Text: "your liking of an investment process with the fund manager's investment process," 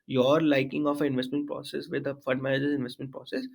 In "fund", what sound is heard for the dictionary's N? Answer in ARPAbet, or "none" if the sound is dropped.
none